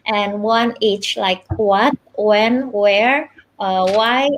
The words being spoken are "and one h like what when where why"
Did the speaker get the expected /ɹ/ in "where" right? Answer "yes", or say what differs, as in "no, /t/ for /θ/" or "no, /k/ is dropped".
yes